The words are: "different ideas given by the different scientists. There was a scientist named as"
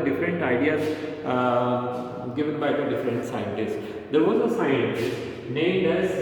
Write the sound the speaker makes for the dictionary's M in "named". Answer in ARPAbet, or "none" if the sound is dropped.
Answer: none